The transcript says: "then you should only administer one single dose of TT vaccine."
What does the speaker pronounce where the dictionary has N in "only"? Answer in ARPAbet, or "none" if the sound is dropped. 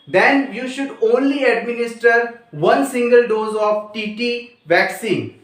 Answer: N